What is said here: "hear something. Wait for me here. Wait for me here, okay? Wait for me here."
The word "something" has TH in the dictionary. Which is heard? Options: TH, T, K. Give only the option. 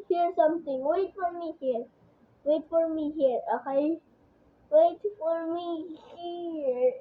T